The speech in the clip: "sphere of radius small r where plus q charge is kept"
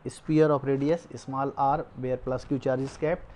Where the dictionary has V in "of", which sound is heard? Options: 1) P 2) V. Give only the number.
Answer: 1